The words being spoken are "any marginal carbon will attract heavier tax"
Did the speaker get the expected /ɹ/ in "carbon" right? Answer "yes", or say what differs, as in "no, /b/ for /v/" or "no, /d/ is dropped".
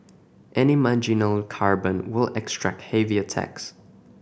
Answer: yes